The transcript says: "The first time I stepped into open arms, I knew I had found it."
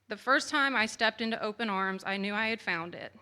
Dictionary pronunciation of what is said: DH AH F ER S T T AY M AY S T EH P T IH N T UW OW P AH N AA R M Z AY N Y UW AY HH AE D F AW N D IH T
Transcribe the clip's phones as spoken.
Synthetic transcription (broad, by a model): DH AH F ER S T T AY M AY S T EH P T IH N T UW OW P AH N AA R M Z AY N Y UW AY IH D F AW N D IH T